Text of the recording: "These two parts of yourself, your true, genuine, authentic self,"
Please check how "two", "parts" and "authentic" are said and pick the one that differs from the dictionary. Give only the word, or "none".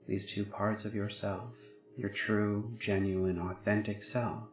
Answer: none